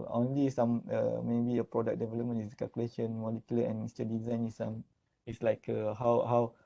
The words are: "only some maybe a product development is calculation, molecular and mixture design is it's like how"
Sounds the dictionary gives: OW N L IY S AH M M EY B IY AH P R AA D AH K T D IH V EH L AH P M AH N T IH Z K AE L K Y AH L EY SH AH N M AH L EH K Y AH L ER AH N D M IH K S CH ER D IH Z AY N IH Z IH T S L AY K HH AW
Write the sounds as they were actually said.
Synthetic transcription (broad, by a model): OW N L IY S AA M M EY B IY AH P R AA D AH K D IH V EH L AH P M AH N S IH K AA L K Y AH L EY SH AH N M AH L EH K Y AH L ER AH N M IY S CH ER D IH Z AY N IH S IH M S L AY K HH AW